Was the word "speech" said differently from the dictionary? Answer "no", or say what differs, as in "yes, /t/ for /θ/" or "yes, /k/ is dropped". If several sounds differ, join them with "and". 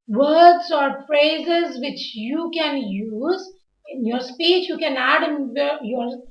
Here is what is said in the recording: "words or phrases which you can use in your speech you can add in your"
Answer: no